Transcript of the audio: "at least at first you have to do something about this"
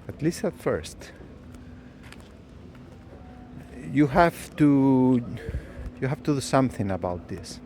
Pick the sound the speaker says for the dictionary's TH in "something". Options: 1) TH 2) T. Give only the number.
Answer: 1